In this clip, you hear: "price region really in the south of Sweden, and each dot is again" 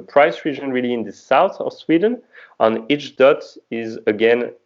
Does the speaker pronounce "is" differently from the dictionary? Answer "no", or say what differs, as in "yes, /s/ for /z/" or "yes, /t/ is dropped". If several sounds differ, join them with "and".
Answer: no